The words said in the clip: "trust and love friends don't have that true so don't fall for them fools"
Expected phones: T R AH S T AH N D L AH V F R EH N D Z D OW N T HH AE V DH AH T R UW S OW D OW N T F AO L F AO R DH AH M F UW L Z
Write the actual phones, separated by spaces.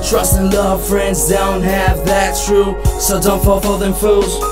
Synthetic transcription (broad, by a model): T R AH S T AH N L AH V F R EH N D Z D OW N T HH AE V DH AH T R UW S OW D OW N T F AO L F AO L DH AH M F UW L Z